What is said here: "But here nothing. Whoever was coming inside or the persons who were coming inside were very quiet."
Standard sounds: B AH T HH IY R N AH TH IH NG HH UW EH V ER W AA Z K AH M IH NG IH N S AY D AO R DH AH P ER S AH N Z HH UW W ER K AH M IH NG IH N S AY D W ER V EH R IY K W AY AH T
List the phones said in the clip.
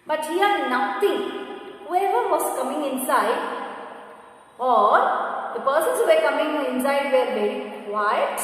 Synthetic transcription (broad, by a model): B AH T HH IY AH N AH T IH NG HH UW EH V ER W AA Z K AH M IH NG IH N S AY D AO R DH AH P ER S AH N S HH UW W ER K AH M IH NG IH N S AY D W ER B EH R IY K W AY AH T